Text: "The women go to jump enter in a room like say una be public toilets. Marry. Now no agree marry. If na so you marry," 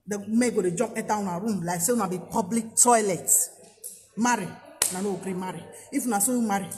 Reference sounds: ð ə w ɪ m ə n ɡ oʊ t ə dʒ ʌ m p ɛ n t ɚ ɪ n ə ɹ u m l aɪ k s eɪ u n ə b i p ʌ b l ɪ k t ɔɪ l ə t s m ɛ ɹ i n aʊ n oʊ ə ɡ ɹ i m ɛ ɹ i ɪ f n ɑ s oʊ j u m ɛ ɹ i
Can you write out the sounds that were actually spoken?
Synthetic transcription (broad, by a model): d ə m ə ɡ oʊ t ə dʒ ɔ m ɛ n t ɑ ɪ n ə ɹ u m l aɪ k s eɪ u n ə b i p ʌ b l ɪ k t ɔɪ l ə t m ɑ ɹ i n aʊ n oʊ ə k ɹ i m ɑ ɹ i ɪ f n ɑ s oʊ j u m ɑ ɹ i